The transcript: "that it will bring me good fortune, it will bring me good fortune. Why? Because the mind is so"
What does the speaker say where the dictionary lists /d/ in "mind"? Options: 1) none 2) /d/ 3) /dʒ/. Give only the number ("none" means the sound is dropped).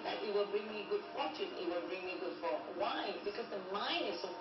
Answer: 1